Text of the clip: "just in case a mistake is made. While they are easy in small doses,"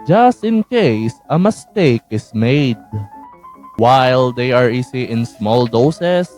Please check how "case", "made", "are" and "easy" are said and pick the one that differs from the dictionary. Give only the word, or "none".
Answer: easy